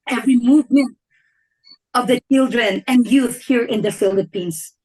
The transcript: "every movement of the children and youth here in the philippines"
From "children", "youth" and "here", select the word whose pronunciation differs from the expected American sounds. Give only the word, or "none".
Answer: none